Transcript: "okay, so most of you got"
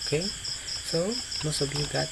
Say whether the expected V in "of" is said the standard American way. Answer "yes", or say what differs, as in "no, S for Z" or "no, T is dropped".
no, B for V